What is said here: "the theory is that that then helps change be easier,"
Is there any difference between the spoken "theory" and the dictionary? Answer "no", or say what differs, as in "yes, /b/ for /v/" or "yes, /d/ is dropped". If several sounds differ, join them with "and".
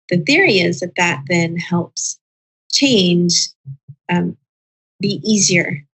no